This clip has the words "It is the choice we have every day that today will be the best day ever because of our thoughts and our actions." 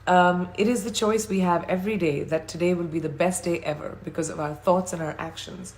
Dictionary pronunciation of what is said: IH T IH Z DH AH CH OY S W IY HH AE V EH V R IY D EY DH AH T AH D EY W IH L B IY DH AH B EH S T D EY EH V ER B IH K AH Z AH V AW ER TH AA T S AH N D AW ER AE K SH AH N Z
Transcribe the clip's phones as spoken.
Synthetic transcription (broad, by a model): IH T IH Z DH AH CH OY S W IY HH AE V EH V R IY D EY DH AH T AH D EY W IH L B IY DH AH B EH S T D EY EH V ER B IH K AH Z AH V AW ER TH AA T S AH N AW ER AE K SH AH N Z